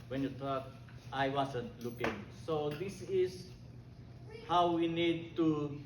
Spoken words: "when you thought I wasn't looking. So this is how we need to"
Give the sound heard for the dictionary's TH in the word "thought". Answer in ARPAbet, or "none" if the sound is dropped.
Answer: T